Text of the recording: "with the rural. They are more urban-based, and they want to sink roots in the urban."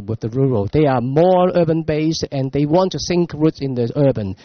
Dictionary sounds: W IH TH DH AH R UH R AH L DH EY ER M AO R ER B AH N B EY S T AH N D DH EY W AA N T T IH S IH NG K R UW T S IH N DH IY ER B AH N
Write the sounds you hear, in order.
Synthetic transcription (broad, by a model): W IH DH AH R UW R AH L DH EY ER M AO R ER B AH N B EY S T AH N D DH EY W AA N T T IH S IH NG K R UW T S IH N DH IY ER B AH N